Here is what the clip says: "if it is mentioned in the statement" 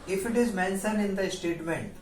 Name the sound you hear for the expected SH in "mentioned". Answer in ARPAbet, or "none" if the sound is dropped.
S